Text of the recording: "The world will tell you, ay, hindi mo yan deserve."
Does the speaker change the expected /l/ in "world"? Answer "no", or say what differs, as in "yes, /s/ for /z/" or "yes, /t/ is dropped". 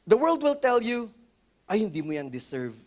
no